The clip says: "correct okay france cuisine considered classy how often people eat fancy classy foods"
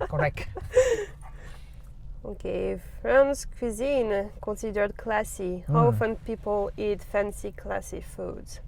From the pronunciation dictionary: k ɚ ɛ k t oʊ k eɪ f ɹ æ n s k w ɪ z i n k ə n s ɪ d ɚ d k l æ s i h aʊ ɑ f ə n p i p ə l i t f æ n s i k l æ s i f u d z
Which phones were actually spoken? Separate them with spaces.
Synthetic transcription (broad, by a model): k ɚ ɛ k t oʊ k eɪ f ɹ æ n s k w ɪ z i n k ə s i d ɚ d k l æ s i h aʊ ɑ f ə n p i p ə l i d f æ n s i k l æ s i f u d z